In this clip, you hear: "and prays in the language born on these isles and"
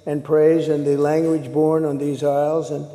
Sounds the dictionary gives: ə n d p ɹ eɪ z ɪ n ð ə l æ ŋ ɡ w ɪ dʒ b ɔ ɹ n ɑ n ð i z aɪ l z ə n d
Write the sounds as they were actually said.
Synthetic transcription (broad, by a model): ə n p ɹ eɪ z ɪ n ð ə l æ ŋ ɡ w ɪ dʒ b ɔ ɹ n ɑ n ð i z aɪ l z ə n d